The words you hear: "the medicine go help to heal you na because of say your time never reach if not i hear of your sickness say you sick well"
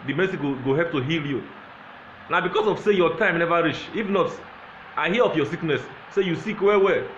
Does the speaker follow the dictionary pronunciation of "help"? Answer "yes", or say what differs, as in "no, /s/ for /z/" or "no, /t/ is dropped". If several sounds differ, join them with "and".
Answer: no, /l/ is dropped